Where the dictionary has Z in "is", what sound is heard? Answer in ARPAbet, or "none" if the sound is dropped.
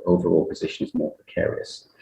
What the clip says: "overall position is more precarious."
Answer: Z